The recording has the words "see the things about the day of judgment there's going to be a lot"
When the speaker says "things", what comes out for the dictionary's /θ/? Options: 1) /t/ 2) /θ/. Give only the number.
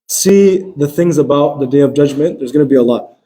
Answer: 2